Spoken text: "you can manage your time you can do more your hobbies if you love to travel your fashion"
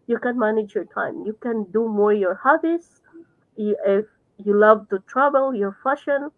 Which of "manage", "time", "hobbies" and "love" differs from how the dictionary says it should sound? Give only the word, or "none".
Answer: hobbies